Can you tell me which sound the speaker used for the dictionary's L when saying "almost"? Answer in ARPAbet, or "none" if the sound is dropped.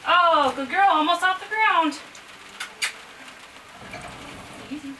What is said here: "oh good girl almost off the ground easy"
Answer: none